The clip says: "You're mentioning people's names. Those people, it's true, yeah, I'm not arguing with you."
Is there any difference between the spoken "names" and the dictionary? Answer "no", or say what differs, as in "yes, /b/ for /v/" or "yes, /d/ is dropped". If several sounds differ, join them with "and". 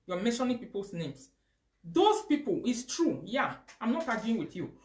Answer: yes, /s/ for /z/